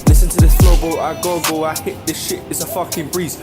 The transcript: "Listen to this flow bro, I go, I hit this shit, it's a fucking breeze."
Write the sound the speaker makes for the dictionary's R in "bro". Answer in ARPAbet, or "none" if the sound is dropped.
L